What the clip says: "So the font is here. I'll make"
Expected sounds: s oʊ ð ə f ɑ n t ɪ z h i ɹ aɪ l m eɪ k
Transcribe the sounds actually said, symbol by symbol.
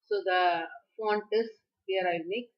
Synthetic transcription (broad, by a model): s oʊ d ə f ɑ n t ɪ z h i ɹ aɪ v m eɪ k